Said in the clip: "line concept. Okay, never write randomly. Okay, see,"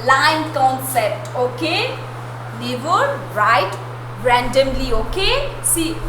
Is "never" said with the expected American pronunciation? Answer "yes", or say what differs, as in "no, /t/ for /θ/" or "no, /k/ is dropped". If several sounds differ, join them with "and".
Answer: no, /l/ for /n/